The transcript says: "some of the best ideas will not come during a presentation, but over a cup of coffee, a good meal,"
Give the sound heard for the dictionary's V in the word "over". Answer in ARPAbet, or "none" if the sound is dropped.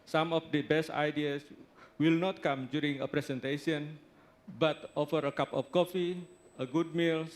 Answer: F